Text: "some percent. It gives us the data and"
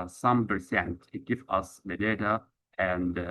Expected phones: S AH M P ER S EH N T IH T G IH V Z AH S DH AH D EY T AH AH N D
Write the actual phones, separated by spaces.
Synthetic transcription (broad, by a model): S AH M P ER S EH N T IH T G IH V AH S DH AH D EY T AH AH N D